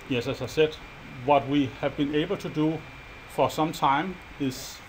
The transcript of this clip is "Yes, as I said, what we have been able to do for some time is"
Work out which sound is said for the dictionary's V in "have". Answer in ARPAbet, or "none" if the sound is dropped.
V